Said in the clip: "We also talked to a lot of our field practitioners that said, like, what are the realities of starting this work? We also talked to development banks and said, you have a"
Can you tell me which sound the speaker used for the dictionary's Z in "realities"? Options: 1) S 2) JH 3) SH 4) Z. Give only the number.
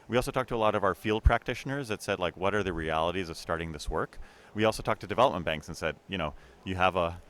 4